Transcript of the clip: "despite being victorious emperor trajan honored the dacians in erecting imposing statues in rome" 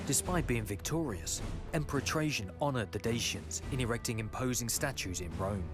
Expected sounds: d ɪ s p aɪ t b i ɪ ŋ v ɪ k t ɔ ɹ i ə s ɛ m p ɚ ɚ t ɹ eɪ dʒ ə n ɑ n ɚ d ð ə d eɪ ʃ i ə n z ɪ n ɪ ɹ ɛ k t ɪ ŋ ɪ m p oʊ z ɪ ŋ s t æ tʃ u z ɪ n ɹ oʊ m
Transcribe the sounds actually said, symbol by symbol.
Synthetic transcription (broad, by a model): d ɪ s p aɪ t b i ɪ ŋ v ɪ k t ɔ ɹ i ə s ɛ m p ɚ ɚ t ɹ eɪ ʃ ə n ɑ n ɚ d ð ə d eɪ ʃ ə n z ɪ n ɪ ɹ ɛ k t ɪ ŋ ɪ m p oʊ z ɪ ŋ s t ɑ tʃ u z ɪ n ɹ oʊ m